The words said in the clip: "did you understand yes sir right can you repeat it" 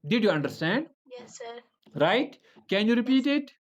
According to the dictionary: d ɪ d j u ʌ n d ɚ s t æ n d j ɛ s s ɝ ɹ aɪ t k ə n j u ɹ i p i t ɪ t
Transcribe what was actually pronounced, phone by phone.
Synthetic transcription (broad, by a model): d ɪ d j u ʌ n d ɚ s t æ n d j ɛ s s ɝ ɹ aɪ t k ə n j u ɹ i p i t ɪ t